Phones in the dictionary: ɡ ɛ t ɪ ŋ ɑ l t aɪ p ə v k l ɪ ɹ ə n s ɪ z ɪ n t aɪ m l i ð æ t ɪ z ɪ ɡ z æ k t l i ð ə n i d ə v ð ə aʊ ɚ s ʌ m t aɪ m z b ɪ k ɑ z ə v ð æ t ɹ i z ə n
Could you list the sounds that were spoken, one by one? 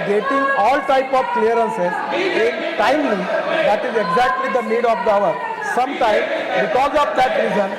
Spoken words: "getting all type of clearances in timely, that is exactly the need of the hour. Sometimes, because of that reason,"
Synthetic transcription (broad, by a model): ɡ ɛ t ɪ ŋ ɑ l t aɪ p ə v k l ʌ ɹ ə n s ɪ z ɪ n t aɪ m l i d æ t ɪ z ɪ ɡ z æ k t l i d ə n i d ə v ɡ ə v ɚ s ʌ m t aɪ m b ɪ k ɑ z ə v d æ t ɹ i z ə n